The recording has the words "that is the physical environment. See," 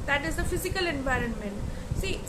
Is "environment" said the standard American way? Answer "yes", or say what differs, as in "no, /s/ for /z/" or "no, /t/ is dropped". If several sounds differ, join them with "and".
yes